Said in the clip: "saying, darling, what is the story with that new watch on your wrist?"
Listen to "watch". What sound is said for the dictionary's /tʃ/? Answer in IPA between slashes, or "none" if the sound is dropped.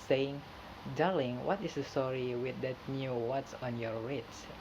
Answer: /s/